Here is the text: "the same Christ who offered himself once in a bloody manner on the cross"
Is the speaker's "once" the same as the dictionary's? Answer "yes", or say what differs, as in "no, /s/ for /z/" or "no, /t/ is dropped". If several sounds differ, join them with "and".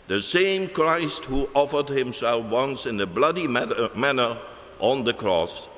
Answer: yes